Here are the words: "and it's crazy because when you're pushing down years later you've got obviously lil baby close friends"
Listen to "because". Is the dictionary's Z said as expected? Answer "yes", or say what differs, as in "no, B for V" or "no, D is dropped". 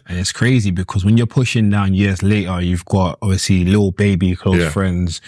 yes